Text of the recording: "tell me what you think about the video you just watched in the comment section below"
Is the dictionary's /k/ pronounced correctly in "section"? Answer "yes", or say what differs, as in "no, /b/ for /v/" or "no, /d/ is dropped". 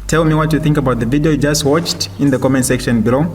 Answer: yes